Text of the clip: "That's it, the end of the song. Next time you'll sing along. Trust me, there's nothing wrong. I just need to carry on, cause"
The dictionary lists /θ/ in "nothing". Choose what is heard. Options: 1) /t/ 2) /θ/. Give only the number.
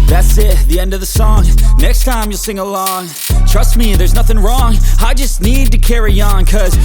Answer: 2